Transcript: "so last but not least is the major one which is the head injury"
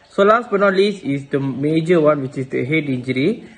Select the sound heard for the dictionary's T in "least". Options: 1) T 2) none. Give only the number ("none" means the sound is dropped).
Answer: 2